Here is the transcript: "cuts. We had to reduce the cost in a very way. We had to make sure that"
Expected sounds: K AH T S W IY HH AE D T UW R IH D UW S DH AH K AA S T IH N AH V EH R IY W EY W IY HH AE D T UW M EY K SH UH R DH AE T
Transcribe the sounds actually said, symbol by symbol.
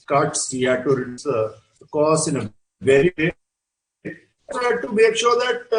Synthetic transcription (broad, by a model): K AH T S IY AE T UW R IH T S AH K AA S IH N AH V EH R IY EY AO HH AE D T UW M EY K SH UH R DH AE T